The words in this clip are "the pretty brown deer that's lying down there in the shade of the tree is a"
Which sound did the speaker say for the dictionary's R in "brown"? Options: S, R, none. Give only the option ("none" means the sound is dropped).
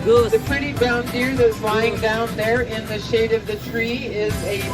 none